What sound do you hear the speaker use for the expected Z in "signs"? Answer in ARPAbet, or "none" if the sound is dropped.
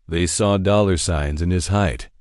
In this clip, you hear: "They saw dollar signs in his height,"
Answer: Z